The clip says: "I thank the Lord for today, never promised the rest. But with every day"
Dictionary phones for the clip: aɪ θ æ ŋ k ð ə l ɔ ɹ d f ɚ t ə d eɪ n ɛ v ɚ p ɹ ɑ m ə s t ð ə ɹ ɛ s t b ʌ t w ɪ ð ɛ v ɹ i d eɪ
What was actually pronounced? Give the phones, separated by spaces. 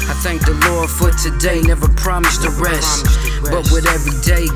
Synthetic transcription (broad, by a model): aɪ θ æ ŋ k ð ə l ɔ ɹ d f ɚ t ə d eɪ n ɛ v ɚ p ɹ ɑ m ə s t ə ɹ ɛ s t b ʌ t w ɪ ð ɛ v ɹ i d eɪ